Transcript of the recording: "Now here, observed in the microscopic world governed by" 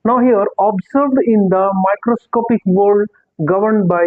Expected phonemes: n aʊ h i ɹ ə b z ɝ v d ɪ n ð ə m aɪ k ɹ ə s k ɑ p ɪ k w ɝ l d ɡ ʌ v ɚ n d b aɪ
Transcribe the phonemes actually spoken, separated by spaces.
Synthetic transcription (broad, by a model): n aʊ h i ɹ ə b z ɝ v d ɪ n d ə m aɪ k ɹ ə s k ɑ p ɪ k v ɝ d ɡ ʌ v ɚ n d b aɪ